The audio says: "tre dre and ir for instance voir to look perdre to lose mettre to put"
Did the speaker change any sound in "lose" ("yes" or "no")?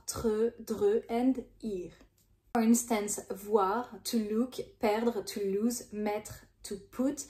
no